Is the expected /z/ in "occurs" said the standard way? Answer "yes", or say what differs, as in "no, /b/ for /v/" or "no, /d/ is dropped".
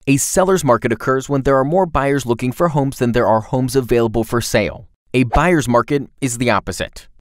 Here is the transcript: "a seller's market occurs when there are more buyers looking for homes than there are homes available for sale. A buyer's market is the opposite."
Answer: yes